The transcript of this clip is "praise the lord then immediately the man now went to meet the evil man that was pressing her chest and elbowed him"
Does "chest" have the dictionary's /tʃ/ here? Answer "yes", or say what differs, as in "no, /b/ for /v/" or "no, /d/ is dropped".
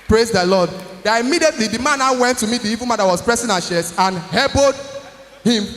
no, /ʃ/ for /tʃ/